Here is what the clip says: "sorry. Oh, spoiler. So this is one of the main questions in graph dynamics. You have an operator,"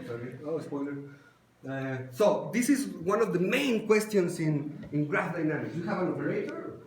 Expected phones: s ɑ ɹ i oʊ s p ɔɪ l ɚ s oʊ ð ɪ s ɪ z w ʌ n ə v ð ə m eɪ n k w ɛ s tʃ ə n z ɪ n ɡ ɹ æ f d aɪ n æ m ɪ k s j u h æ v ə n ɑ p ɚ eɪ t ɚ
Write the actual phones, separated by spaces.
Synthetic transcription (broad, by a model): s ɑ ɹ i oʊ s p ɔɪ l ɚ s oʊ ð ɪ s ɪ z w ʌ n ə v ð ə m eɪ n k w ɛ s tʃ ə n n ɪ n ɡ ɹ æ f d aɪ n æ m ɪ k j u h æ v ə n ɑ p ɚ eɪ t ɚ